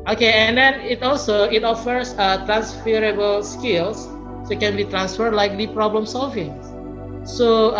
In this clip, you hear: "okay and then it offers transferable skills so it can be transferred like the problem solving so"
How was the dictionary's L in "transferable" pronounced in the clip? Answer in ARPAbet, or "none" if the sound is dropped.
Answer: L